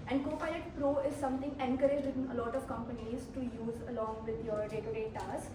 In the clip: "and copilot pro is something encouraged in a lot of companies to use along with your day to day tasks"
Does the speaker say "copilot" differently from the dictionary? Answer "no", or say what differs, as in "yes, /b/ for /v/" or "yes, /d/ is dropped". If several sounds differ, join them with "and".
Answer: yes, /l/ is dropped